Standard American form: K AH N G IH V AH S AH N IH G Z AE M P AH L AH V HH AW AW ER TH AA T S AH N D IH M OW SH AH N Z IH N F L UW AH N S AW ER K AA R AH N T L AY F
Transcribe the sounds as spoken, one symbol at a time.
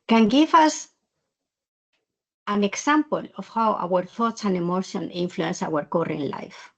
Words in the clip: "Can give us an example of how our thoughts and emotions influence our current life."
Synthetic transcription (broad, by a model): K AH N G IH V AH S AH N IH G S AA M P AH L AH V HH AW AW ER TH AA T S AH N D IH M OW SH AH N IH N F L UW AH N S AW ER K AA R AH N L AY F